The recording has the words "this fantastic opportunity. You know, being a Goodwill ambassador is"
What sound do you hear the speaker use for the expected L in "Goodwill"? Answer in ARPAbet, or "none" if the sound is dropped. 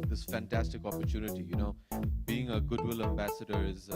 L